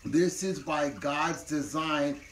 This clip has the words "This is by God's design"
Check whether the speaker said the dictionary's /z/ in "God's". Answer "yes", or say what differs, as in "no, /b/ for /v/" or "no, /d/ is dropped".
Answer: yes